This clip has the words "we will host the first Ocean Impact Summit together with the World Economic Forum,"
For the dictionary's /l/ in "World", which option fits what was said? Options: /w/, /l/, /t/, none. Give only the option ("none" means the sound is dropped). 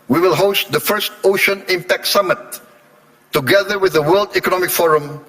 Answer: /l/